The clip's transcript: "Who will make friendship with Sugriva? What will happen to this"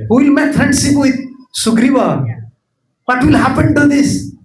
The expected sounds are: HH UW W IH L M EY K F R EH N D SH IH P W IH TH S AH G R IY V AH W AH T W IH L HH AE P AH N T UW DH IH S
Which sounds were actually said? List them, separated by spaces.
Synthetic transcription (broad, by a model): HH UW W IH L M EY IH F R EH N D S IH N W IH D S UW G R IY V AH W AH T W IH L HH AE P AH N T UW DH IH S